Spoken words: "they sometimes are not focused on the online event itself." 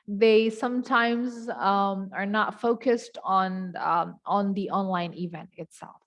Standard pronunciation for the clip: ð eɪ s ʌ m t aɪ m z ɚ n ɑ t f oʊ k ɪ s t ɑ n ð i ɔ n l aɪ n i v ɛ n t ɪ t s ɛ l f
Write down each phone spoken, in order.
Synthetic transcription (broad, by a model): ð eɪ s ʌ m t aɪ m z ɚ n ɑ t f oʊ k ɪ s t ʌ n ð i ɔ n l aɪ n i v ɛ n t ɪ t s ɛ l f